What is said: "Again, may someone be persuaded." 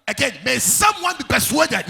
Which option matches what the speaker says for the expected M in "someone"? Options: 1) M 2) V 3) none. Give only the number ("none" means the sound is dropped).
1